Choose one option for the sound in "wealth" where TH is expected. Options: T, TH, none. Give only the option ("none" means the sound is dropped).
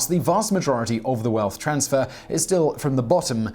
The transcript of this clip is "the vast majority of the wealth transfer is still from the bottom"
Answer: TH